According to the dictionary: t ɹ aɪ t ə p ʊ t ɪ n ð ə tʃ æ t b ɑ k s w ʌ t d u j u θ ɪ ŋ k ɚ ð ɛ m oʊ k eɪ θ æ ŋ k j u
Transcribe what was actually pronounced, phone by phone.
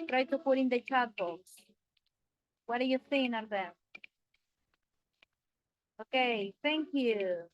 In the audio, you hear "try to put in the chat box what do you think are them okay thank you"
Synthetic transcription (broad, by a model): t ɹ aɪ t ə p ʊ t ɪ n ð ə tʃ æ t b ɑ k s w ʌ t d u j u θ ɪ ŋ ɚ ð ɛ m oʊ k eɪ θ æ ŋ k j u